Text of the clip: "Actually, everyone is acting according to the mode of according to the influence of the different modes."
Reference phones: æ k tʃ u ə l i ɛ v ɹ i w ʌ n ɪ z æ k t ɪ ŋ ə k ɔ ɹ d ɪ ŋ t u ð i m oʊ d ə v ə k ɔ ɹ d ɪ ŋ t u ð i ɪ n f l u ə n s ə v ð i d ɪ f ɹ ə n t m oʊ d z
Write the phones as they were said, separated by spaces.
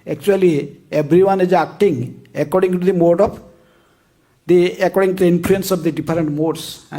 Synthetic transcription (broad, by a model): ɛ k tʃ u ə l i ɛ b ɹ i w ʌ n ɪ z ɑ k t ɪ ŋ ə k ɔ ɹ d ɪ ŋ t u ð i m oʊ d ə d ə k ɔ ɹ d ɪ ŋ t u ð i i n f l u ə n s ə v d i d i p ɹ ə n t m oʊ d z